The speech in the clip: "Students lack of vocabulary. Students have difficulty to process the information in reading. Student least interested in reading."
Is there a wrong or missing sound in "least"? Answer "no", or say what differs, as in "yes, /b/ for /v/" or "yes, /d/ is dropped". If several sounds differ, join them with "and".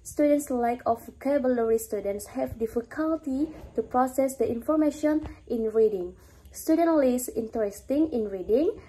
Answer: yes, /t/ is dropped